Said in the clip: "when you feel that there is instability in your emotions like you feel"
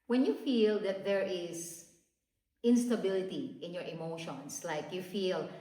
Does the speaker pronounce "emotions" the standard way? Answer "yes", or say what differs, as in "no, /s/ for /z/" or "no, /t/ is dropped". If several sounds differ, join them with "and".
no, /s/ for /z/